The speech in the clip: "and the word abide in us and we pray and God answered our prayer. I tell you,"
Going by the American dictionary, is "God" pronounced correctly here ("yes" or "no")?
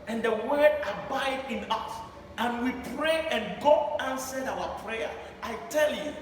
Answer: no